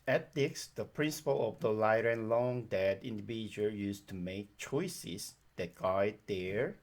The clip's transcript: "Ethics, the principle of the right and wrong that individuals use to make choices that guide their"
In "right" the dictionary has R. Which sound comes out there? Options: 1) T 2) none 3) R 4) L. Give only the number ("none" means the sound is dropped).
4